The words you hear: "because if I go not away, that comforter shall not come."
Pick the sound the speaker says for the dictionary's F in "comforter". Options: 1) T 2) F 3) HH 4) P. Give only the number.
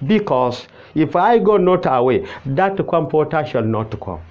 4